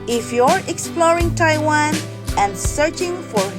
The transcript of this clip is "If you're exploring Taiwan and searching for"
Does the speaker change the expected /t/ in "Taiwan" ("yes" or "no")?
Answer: no